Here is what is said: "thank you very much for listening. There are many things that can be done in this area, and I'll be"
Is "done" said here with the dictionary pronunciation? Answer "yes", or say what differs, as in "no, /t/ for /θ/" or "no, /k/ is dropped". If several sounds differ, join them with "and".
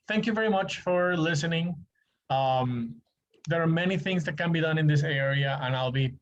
yes